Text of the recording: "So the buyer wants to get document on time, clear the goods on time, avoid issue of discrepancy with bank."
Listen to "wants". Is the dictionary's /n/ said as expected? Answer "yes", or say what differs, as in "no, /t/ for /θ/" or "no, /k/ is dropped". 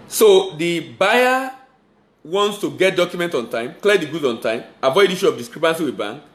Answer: yes